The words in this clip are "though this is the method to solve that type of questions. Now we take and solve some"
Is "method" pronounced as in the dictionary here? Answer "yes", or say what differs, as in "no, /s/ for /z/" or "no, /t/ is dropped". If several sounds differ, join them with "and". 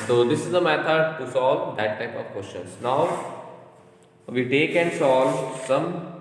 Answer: no, /t/ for /θ/